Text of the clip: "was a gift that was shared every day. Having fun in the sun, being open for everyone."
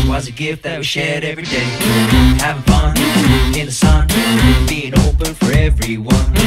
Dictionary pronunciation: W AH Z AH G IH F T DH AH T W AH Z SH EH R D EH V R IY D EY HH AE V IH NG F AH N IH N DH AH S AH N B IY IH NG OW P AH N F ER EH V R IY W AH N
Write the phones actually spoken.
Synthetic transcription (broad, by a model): W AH Z AH G IH F T DH AH T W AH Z SH EH R D EH V R IY D EY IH IH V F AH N IH N DH AH S AH N B IY IH NG OW P AH N F ER EH V R IY W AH N